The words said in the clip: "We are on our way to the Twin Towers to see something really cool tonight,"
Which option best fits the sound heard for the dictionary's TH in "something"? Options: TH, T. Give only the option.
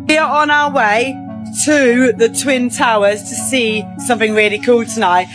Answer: TH